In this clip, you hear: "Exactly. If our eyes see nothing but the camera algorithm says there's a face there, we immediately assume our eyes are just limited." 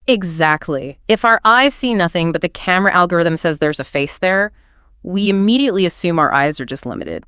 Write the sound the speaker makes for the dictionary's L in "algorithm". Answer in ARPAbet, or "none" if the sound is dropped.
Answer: L